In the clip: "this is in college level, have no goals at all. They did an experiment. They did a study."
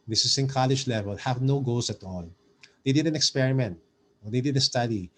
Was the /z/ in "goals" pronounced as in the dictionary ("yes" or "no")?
no